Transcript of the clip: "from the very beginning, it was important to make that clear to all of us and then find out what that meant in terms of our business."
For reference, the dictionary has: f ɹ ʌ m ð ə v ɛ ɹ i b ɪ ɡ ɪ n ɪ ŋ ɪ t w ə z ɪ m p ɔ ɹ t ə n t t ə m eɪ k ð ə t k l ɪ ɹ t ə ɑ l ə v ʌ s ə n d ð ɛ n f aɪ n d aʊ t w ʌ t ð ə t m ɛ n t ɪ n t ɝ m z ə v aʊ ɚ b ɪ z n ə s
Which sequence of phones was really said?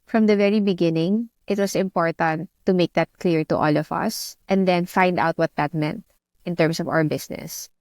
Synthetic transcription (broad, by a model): f ɹ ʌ m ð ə v ɛ ɹ i b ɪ ɡ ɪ n ɪ ŋ ɪ t w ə s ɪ m p ɔ ɹ t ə n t t ə m eɪ k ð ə t k l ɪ ɹ t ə ɑ l ə v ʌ s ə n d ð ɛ n f aɪ n d aʊ t w ʌ t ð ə t m ɛ n t ɪ n t ɝ m s ə v aʊ ɚ b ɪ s n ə s